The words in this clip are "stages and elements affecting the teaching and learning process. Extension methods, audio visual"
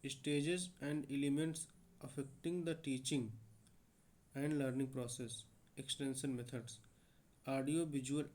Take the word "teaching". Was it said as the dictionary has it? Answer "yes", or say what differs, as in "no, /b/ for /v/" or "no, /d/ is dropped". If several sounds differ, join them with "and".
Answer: yes